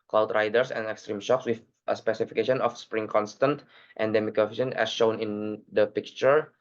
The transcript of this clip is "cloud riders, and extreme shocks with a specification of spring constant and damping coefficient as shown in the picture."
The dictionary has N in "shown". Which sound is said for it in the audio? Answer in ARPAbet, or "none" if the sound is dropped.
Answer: N